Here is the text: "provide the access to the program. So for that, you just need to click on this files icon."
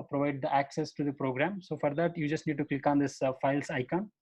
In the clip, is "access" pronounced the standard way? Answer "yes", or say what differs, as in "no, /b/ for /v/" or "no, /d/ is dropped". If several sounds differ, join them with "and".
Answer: yes